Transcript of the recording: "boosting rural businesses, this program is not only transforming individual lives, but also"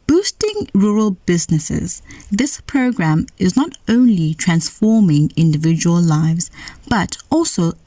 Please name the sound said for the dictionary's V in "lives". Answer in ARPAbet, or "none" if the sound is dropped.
V